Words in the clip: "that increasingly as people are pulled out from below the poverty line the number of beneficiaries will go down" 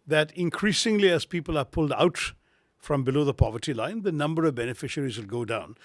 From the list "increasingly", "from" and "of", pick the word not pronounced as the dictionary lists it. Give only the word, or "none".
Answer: none